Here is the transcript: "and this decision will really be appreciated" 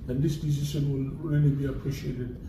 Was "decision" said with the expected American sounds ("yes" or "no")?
no